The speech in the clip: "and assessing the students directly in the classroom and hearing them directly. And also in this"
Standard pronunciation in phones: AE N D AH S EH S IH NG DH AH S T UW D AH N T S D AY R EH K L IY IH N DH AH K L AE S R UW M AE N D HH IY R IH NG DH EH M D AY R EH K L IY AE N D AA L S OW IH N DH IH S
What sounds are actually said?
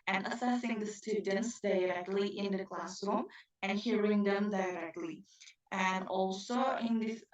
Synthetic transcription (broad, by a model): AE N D AH S EH S IH NG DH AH S T UW D AH N T S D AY R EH K L IY IH N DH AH K L AE S R UW M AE N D HH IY R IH NG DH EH M D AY R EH K L IY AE N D AA L S OW IH N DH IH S